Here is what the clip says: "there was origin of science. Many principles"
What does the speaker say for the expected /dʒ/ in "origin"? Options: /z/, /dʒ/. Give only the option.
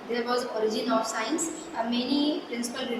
/dʒ/